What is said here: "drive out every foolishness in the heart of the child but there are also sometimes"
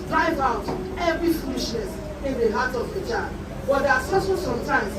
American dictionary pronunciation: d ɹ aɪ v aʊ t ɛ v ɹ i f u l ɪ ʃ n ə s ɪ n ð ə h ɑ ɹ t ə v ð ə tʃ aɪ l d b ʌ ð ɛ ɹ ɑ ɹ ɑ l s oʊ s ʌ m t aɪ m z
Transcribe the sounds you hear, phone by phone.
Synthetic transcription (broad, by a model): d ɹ aɪ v aʊ t ɛ v ɹ i f u l ɪ ʃ n ə s ɪ n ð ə h ɑ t ə v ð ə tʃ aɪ d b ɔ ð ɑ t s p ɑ s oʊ s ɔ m t aɪ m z